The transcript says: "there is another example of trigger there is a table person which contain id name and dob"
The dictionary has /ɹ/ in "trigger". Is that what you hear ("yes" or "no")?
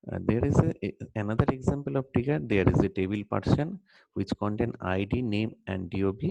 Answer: no